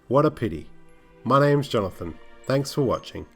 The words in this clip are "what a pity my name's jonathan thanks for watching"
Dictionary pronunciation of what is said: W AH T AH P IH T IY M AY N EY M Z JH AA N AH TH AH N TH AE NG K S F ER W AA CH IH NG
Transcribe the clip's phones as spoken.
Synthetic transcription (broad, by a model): W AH T AH P IH T IY M AY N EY M Z JH AA N AH TH AH N TH AE NG K S F ER W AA CH IH NG